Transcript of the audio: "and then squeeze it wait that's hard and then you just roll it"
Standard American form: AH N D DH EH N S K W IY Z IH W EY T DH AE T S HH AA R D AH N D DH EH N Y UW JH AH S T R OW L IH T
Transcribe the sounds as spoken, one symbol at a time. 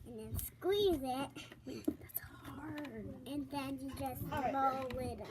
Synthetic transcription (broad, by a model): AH N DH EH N S K W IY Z IH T DH AE T S HH AA R D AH N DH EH N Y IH JH AH S T L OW W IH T